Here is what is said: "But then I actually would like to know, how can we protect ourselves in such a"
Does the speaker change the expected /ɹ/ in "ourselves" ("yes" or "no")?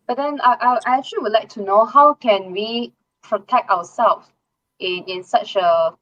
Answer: yes